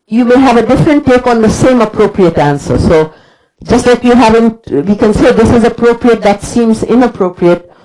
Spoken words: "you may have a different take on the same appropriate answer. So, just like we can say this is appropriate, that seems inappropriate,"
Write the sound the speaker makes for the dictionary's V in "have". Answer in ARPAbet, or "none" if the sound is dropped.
V